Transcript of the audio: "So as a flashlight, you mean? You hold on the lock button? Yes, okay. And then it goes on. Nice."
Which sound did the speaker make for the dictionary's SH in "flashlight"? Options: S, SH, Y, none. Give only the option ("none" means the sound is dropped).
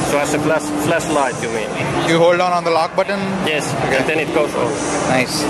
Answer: S